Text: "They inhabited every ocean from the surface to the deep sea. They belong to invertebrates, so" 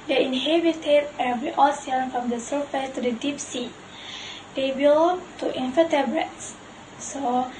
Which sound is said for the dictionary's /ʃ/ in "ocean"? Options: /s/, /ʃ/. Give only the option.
/s/